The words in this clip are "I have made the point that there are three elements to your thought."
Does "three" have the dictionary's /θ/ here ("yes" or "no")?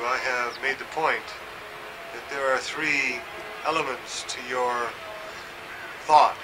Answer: yes